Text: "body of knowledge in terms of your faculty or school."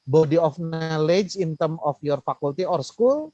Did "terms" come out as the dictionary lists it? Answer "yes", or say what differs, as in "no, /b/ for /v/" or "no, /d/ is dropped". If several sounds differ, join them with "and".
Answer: no, /z/ is dropped